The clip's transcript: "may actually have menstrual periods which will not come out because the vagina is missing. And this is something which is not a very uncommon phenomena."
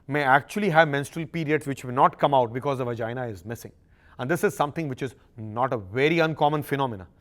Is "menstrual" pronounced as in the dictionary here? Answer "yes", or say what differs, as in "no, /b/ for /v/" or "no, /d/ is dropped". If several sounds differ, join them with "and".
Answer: yes